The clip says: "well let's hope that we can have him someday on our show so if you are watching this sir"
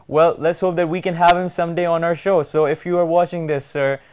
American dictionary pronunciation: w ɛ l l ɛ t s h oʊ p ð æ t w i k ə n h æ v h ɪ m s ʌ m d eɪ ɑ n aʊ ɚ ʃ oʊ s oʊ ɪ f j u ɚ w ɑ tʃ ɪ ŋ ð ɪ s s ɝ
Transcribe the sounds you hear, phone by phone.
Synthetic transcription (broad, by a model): w ɛ l l ɛ t s h oʊ p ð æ t w i k ə n h æ v h ɪ m s ʌ m d eɪ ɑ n aʊ ɚ ʃ oʊ s oʊ ɪ f j u ɚ w ɑ tʃ ɪ ŋ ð ɪ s s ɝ